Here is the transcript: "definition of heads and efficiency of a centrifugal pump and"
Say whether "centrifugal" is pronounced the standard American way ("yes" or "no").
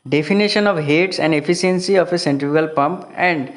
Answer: no